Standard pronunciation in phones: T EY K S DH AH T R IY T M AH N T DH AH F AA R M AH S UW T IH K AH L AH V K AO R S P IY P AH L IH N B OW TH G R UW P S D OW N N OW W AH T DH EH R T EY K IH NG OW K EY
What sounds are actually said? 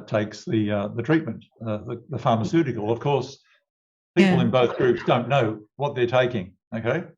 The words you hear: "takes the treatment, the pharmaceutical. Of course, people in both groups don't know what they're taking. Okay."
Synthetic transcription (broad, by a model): T EY K S DH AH T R IY T M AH N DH DH AH F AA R M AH S UW T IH K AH L AH V K AO R S P IY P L IH N B OW TH G R UW P S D OW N N OW W AH T DH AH R T EY K IH NG OW K EY